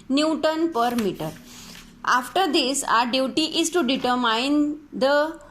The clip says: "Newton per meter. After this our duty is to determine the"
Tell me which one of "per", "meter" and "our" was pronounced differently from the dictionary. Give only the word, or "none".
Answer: none